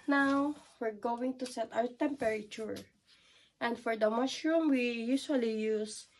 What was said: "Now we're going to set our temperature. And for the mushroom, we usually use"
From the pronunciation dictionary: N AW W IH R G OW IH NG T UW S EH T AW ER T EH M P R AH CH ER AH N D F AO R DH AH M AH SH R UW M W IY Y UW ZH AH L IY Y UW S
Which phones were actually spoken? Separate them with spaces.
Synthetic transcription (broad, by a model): N AW W IH R G OW IH NG T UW S EH T AW ER T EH M P R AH CH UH AH N D F AO R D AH M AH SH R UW M W IY Y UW S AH L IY Y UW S